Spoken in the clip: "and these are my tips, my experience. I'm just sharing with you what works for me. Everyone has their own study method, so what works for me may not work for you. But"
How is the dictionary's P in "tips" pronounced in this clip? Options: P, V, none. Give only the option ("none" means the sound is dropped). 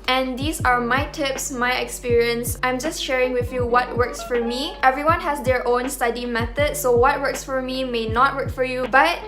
P